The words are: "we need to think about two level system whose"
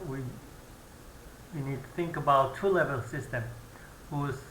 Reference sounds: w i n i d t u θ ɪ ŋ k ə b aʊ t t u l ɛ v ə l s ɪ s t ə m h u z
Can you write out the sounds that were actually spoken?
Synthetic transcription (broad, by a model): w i n i d t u θ ɪ ŋ k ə b aʊ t t u l ɛ v ə l s ɪ s t ə m h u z